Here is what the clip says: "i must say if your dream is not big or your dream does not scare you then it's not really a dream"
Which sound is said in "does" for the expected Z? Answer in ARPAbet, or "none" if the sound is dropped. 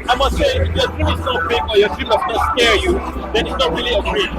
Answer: S